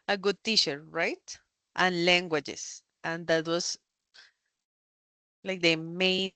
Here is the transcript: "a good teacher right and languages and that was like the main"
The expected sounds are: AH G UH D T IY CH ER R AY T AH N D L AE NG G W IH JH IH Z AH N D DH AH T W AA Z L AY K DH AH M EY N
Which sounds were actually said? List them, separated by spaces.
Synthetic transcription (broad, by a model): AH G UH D T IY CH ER R AY T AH N L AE NG G W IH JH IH S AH N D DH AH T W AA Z L AY K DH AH M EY